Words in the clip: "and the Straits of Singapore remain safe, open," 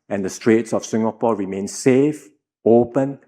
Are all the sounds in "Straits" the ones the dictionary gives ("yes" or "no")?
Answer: yes